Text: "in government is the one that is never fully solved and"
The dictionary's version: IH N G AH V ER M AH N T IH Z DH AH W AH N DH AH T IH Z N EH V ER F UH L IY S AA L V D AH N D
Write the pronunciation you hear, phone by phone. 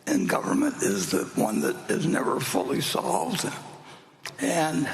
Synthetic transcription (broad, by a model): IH N G AH V ER M AH N T IH Z DH AH W AH N DH AH T IH Z N EH V ER F UH L IY S AA L V D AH N